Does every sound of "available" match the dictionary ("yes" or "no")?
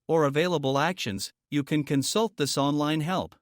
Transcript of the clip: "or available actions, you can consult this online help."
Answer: yes